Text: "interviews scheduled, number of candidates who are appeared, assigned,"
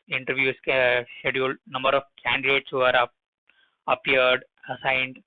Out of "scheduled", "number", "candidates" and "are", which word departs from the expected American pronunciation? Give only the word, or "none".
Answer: scheduled